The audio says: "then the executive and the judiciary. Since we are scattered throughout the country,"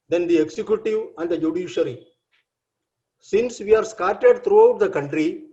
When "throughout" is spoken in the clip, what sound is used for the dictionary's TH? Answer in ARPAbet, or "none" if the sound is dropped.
T